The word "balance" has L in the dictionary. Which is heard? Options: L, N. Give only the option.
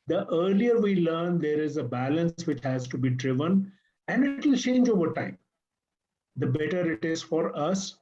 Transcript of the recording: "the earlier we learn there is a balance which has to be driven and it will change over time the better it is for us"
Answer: L